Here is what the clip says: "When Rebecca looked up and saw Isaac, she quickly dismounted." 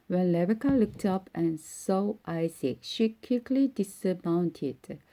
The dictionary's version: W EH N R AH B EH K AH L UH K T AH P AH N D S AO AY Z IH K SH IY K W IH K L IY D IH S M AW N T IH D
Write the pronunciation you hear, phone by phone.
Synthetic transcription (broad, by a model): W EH N L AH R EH K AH L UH K T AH P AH N S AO AY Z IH K SH IY K W IH K L IY D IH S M AW N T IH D